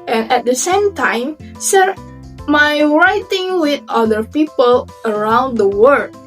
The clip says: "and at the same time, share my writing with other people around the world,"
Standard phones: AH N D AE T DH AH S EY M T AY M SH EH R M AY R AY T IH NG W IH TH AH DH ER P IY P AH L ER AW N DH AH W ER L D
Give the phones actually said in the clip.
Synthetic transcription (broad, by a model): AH N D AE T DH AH S EY M T AY M S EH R M AY R AY T IH NG W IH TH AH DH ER P IY P AH L ER AW N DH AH W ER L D